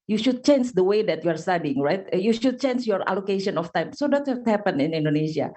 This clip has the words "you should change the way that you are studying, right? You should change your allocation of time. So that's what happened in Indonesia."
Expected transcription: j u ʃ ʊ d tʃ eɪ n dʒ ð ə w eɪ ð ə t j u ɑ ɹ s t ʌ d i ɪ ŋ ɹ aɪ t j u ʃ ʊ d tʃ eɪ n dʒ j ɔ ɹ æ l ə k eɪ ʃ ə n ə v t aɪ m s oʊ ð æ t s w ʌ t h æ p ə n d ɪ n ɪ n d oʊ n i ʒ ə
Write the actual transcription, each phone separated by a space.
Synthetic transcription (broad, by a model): j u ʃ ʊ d tʃ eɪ n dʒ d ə w eɪ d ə t j u ɑ ɹ s t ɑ d i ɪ ŋ ɹ aɪ t j u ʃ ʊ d tʃ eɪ n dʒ j ɔ ɹ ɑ l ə k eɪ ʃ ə n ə f t aɪ m s oʊ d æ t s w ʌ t h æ p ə n ɪ n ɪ n d oʊ n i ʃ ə